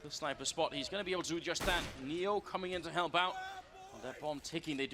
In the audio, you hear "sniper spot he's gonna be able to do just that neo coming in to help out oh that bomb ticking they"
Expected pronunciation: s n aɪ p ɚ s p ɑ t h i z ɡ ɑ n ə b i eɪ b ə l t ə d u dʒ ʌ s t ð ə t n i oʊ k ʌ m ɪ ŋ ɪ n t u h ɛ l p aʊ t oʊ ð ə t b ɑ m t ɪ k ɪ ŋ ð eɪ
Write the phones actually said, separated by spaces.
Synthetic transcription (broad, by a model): s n aɪ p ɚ s p ɑ t h i z ɡ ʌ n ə b i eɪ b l t ə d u dʒ ʌ s ð ə t n i oʊ k ʌ m ɪ ŋ ɪ n t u h ɛ l b aʊ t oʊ ð ə t b ɑ m t ɪ k ɪ ŋ ð eɪ